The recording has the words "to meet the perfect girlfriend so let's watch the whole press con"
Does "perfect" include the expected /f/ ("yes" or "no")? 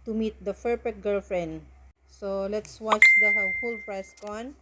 no